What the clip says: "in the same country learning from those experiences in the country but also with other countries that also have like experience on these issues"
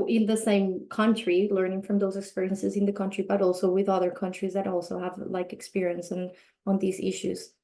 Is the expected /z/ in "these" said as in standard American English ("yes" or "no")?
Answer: yes